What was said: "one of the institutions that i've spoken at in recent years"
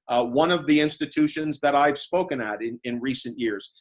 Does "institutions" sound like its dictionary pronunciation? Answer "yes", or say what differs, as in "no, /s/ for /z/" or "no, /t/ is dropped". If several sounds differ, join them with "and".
yes